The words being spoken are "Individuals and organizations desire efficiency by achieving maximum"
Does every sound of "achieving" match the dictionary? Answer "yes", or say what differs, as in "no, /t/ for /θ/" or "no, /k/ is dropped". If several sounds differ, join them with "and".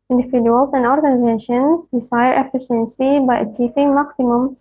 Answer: no, /p/ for /v/